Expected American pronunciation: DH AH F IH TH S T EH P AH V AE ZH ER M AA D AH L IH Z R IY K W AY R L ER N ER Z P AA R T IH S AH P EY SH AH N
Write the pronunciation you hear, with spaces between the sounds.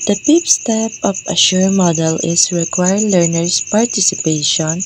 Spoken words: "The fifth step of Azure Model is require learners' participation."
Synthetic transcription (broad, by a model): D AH P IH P S T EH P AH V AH SH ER M AA D AH L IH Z R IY K W AY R L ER N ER S P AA R T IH S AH P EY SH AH N